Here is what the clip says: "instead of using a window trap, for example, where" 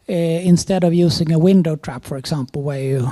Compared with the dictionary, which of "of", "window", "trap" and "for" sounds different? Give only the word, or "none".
none